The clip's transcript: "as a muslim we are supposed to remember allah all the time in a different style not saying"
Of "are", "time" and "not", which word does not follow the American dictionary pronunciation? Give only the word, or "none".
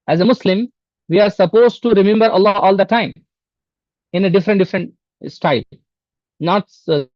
none